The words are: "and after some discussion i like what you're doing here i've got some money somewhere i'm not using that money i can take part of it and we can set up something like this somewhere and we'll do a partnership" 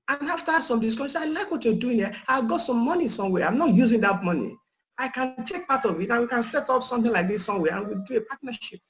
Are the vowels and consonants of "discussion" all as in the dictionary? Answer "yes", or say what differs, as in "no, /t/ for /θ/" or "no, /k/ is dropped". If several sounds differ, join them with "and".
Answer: no, /s/ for /ʃ/ and /n/ is dropped